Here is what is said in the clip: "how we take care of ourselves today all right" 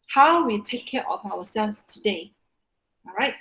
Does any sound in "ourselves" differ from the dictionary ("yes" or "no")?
yes